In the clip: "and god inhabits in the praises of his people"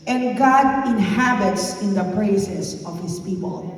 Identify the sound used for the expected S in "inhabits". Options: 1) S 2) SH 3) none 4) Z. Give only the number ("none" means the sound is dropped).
1